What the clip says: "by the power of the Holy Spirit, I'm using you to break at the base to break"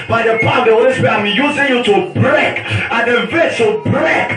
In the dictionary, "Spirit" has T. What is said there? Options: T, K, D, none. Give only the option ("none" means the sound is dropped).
none